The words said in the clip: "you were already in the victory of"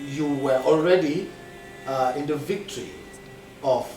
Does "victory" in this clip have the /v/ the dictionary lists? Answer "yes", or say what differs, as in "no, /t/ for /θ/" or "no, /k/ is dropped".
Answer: yes